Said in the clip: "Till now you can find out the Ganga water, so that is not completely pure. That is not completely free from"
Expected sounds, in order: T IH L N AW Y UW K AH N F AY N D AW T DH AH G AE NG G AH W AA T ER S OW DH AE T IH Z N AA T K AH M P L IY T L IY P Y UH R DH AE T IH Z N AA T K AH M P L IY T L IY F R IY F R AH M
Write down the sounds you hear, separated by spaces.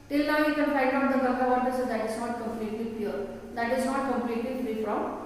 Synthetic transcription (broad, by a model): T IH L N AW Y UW K AH N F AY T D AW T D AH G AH G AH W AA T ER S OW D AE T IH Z N AA T K AH M P L IY T L IY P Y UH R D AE T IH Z N AA T K AH M P L IY T L IY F R IY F R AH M